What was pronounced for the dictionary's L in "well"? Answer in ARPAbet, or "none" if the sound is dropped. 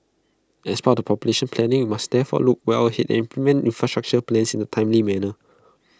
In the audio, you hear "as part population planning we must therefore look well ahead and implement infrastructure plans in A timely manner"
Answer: W